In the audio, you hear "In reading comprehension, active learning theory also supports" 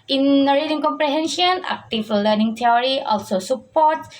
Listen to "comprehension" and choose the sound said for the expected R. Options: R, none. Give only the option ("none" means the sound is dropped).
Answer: R